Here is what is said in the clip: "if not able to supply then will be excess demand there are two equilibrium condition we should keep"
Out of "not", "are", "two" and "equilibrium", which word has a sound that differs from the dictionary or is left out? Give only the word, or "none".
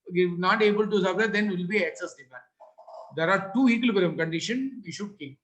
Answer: equilibrium